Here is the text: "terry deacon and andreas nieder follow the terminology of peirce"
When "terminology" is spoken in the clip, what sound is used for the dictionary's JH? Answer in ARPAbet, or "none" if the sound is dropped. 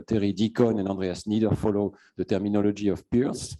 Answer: ZH